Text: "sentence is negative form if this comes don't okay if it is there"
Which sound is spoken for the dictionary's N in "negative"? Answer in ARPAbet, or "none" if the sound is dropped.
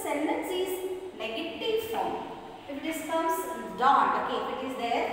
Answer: L